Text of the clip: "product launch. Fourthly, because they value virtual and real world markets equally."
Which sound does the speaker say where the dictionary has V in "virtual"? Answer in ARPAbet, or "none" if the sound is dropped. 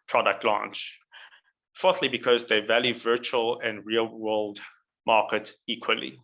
V